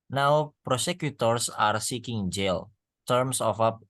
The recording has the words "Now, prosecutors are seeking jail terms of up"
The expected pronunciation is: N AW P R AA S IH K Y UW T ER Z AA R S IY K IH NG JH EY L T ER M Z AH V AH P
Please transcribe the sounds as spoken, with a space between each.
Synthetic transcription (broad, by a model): N AW P R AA S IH K Y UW T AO S AA R S IY K IH NG JH EY L T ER M S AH F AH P